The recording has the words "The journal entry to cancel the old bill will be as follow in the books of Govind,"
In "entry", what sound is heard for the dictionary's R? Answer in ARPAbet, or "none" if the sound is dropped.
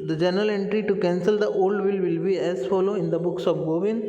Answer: R